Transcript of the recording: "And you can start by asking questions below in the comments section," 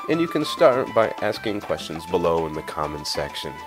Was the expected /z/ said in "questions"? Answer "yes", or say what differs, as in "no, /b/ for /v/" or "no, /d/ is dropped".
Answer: yes